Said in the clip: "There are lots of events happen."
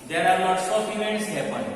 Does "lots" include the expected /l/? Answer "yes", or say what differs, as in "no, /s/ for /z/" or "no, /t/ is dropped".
no, /n/ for /l/